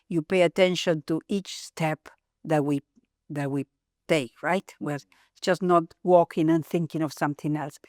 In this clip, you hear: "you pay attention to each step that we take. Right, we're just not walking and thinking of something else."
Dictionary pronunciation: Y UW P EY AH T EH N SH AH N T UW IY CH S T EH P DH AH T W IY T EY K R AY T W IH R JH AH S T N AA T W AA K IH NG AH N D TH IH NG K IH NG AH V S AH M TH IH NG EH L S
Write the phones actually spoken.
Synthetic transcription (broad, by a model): Y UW P EY AH T EH N SH AH N T UW IY CH S T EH P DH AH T W IY T EY K R AY T W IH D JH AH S N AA T W AA K IH NG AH N TH IH NG K IH NG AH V S AH M TH IH NG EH L S